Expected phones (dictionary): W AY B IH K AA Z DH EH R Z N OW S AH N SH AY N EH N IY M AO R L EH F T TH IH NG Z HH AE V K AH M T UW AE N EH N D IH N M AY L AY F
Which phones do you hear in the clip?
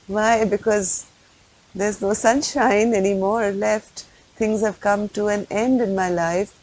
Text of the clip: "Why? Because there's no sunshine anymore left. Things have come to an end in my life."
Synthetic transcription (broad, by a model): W AY B IH K AA Z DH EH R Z N OW S AH N SH AY N EH N IY M AO R L EH F T T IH NG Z HH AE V K AH M T UW AE N EH N D IH N M AY L AY F